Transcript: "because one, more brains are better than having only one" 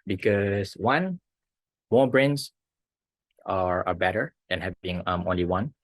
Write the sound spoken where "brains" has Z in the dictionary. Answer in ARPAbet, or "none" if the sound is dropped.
S